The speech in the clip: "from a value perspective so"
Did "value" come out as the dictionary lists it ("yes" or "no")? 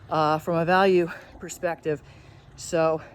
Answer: yes